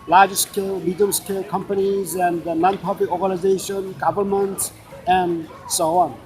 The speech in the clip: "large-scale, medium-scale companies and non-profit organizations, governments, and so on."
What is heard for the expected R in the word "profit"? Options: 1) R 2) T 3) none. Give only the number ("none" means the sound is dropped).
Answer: 3